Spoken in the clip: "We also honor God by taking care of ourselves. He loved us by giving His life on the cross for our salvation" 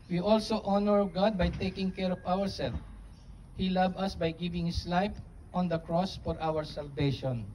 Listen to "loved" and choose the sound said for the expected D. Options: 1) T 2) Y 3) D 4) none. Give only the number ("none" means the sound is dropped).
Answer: 4